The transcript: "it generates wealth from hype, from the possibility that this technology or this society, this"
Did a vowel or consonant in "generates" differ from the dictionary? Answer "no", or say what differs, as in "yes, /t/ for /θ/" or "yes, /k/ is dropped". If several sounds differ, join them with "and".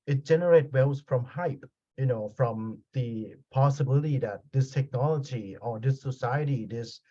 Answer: yes, /s/ is dropped